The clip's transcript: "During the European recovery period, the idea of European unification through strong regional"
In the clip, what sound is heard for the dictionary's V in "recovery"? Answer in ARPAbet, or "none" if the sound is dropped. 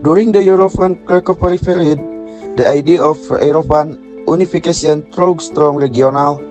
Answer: P